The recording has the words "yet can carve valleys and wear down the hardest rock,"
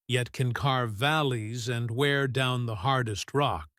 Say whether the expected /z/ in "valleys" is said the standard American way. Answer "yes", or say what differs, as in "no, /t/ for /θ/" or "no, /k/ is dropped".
yes